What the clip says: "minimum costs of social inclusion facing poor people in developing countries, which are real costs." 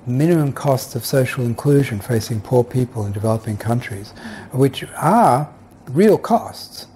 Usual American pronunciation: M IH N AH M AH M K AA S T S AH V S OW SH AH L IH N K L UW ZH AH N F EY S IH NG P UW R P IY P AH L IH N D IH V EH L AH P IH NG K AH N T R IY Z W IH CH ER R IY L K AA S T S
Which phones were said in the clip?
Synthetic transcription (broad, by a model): M IH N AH M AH M K AA S T S AH V S OW SH L IH N K L UW ZH AH N F EY S IH NG P UW R P IY P AH L IH N D IH V EH L AH P IH NG K AH N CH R IY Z W IH CH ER R IY L K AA S T S